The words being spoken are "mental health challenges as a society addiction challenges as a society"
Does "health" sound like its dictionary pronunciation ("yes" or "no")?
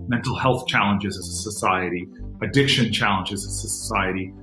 yes